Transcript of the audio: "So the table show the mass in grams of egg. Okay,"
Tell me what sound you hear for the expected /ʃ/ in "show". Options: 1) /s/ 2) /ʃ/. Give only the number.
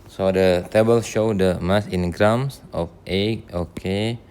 2